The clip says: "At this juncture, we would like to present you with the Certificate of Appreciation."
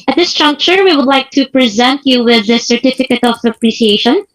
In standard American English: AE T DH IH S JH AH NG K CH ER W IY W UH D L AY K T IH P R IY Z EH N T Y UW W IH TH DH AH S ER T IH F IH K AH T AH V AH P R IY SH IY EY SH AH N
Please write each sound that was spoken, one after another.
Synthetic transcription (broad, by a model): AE T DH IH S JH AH NG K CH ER W IY W UH D L AY K T IH P R IY Z EH N T Y UW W IH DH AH S ER T IH F IH K AH T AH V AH P R IY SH IY EY SH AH N